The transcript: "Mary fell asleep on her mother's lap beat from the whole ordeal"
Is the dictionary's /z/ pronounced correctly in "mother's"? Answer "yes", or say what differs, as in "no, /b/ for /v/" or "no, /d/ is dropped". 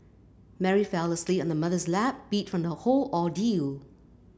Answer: yes